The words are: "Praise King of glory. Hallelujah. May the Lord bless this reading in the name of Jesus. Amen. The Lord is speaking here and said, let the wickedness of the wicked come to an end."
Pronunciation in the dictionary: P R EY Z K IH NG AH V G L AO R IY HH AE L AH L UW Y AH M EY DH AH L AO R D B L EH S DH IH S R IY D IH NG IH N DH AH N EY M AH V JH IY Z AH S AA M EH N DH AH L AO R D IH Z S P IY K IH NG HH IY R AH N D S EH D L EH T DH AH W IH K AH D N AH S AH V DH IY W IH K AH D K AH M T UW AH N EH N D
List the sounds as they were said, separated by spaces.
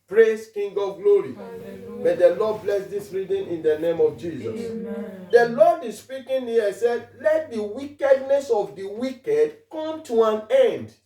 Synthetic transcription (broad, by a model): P R EY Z K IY NG G AO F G L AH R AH M EY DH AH L AO D B L EH S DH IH S R IY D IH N IH N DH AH N EY M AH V JH IY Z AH S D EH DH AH L AO D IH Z S P IY K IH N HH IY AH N S EH D L EH T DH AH W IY K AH D N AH S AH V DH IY W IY K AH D K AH M T UW AH N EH N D